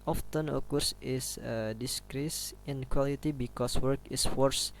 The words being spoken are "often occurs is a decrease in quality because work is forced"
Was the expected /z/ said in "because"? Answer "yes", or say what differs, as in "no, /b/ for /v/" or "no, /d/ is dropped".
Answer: no, /s/ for /z/